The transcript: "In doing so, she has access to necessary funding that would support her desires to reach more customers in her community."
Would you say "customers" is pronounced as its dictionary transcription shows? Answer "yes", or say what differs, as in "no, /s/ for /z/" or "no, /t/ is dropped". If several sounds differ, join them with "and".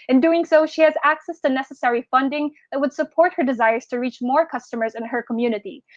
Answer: yes